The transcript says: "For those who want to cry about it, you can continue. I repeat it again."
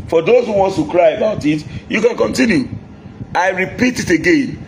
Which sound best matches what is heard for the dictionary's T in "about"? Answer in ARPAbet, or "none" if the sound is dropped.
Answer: T